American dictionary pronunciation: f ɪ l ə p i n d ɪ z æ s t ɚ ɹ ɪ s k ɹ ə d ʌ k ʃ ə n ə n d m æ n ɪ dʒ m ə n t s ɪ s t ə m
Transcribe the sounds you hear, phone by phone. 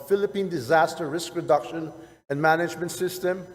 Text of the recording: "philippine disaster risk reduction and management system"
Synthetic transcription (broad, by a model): f ɪ l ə p i n d ɪ z æ s t ɚ ɹ ɪ s k ɹ ə d ʌ k ʃ ə n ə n m æ n ɪ dʒ m ə n t s ɪ s t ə m